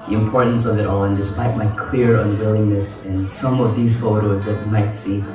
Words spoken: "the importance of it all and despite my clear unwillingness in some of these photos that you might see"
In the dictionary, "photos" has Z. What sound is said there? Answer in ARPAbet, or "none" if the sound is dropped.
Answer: Z